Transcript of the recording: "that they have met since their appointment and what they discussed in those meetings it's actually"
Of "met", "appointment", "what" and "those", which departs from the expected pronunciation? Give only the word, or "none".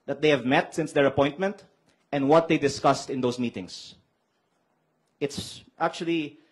those